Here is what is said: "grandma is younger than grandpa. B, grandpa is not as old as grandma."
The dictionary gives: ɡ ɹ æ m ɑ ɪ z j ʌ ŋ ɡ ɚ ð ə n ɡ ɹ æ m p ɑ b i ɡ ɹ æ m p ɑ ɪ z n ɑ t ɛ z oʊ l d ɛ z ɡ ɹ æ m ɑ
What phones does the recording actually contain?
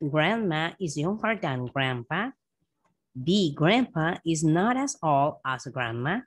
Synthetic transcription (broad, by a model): ɡ ɹ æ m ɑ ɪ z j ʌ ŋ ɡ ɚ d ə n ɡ ɹ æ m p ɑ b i ɡ ɹ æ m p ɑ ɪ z n ɑ t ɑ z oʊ l ɑ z ɡ ɹ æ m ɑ